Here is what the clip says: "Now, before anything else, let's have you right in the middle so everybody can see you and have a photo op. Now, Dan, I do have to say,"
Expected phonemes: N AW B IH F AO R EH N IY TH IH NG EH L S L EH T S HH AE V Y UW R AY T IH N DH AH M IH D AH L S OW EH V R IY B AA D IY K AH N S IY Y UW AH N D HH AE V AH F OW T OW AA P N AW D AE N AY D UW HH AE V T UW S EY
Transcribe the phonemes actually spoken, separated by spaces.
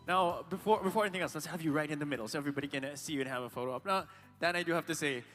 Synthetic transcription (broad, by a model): N AW B IH F AO R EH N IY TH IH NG EH L S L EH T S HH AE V Y UW R AY T IH N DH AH M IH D L S OW EH V R IY B AA D IY K AH N S IY Y UW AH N HH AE V AH F OW T OW AA P N AW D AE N AY D UW HH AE F T UW S EY